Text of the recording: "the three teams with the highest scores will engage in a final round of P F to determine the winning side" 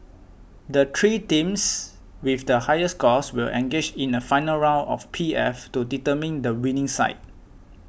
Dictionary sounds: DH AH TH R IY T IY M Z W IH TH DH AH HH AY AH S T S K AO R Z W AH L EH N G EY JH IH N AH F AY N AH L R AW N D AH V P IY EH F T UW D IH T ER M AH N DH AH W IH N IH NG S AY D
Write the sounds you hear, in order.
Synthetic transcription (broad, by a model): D AH T R IY T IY M S W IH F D AH HH AY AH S S K AO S W AH L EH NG G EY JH IH N AH F AY N AH L R AW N AH F P IY EH F T UW D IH T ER M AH N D AH W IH N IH NG S AY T